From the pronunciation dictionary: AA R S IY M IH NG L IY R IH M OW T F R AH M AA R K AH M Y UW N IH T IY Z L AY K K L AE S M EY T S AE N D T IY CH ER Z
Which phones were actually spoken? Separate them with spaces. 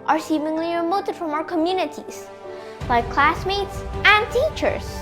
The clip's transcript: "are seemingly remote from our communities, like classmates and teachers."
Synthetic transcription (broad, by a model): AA R S IY M IH NG L IY R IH M OW T F R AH M AA R K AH M Y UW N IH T IY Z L AY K K L AE S M EY T S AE N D T IY CH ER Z